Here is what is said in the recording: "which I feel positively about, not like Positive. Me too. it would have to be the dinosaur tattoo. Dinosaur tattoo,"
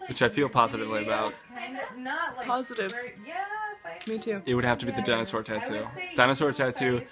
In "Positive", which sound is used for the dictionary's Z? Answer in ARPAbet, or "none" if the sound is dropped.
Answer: Z